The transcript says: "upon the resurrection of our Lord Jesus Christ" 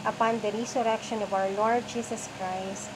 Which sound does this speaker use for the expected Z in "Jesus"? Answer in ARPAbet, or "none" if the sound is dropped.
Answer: S